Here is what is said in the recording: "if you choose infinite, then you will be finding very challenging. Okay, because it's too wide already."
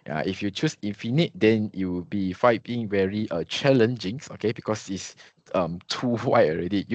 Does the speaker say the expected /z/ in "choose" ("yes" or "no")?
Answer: no